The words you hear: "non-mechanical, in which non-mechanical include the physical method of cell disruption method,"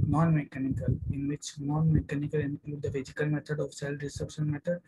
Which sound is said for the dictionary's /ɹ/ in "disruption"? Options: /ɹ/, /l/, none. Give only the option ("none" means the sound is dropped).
none